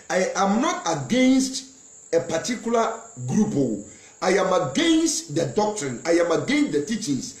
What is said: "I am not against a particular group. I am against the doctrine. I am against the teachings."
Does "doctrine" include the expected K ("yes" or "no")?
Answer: yes